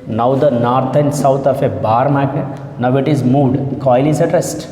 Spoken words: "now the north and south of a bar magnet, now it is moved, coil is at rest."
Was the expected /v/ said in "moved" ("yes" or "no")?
no